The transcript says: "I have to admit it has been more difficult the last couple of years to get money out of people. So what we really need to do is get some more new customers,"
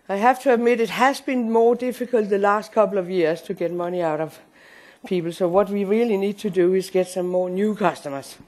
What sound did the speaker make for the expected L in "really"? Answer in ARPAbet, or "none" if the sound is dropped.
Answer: L